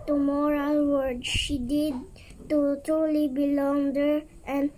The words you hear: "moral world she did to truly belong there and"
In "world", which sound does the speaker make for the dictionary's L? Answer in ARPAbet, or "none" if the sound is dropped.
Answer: none